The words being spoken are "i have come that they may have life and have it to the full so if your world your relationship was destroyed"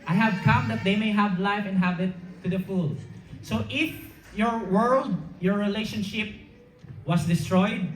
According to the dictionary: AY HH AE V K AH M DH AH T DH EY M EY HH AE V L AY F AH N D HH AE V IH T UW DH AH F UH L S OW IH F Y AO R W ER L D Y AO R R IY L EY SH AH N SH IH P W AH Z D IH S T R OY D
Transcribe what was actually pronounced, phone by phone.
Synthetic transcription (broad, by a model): AY HH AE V K AH M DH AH T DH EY M EY HH AE V L AY F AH N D HH AE V IH T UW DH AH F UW L S OW IH F Y AO R W ER L D Y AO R R IY L EY SH AH N SH IH P W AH S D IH S T R OY D